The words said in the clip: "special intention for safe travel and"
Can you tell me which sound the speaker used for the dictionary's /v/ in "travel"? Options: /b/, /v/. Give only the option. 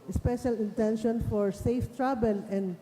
/b/